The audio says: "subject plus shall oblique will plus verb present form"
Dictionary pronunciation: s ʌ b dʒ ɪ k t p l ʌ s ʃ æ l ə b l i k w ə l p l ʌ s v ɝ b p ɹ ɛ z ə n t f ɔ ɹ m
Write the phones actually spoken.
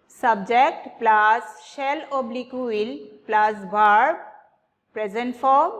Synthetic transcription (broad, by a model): s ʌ b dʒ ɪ k t p l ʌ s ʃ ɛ l ə b l i k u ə l p l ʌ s b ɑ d p ɹ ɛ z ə n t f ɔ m